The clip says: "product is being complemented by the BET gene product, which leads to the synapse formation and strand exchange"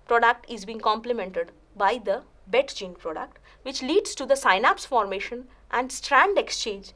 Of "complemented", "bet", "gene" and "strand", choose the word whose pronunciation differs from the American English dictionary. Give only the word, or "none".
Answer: none